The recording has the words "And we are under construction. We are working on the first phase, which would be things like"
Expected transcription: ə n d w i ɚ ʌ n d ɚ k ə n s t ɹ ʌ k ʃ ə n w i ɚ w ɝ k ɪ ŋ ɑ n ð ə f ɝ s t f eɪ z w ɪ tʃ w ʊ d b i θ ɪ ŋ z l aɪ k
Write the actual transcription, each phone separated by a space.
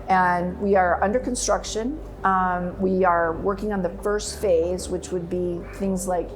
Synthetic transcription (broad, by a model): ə n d w i ɚ ʌ n d ɚ k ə n s t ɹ ʌ k ʃ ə n w i ɚ w ɝ k ɪ ŋ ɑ n ð ə f ɝ s t f eɪ z w ɪ tʃ w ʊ d b i θ ɪ ŋ z l aɪ k